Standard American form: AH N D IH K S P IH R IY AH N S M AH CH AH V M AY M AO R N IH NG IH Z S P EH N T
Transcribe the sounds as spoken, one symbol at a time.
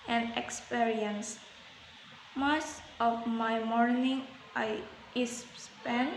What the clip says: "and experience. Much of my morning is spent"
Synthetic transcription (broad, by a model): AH N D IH K S P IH R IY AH N S M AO S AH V M AY M AO R N IH NG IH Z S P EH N